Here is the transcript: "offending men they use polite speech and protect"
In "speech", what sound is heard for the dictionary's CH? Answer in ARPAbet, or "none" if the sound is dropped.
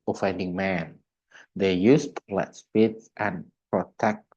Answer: S